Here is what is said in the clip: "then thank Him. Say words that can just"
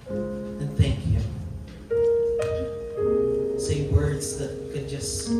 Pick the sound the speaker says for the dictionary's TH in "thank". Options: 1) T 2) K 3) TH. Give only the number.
3